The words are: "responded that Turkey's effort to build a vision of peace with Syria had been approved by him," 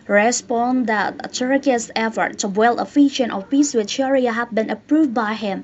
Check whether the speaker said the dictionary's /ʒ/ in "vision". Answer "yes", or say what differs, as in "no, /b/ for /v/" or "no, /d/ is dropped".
no, /ʃ/ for /ʒ/